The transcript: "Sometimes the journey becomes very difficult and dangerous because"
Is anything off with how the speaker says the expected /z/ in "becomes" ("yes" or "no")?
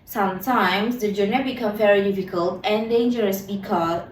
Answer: yes